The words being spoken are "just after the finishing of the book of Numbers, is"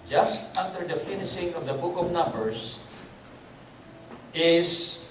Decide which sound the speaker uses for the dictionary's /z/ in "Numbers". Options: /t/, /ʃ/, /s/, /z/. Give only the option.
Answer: /s/